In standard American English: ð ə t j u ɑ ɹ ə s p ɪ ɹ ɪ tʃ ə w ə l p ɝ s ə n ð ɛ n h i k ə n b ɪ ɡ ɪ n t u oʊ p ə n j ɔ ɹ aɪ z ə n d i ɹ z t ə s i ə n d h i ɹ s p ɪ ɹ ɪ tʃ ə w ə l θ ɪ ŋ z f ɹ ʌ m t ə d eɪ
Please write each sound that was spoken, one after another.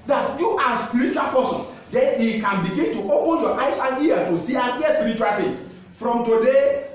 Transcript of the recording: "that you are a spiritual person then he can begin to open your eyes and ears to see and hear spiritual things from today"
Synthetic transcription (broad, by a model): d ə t j u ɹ ə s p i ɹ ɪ tʃ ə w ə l p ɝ s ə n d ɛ n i k ə n b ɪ ɡ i n t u oʊ p ə n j ɔ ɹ aɪ s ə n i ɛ t ə s i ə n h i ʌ s p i ɹ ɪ tʃ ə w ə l t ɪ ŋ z f ɹ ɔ m t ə d eɪ